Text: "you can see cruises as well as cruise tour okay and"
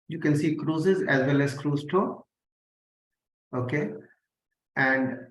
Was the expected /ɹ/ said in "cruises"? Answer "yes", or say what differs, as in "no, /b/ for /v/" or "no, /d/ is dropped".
yes